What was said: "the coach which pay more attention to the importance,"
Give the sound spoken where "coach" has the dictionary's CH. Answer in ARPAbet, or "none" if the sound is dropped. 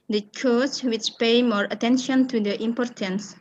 S